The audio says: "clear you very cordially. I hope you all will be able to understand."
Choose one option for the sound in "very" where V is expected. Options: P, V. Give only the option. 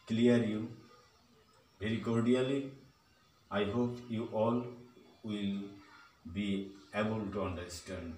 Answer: P